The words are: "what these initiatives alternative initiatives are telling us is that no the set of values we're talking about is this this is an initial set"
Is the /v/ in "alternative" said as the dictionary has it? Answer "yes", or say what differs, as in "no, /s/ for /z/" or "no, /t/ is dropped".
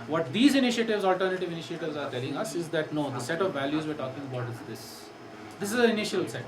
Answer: yes